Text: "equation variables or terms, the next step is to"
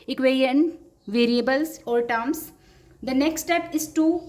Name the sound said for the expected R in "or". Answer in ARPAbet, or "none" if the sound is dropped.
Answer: L